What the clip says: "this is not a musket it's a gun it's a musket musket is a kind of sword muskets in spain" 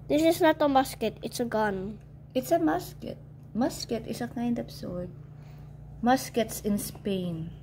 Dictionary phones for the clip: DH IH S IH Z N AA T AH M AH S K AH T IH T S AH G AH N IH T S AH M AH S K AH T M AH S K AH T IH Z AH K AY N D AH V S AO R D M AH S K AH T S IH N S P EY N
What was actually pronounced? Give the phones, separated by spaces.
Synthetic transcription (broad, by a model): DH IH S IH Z N AA T AH M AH S K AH T IH T S AH G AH N IH T S AH M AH S K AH T M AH S K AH T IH S AH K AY N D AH P S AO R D M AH S K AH T S IH N S P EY N